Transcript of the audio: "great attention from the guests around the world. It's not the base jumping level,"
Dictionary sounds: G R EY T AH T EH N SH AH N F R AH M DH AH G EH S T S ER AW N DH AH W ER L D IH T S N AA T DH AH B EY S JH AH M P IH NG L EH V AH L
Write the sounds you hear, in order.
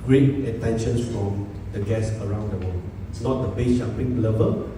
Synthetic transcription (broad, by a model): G R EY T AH T EH N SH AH N F R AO M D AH G EH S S ER AW N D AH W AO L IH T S N AA T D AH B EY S SH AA P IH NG L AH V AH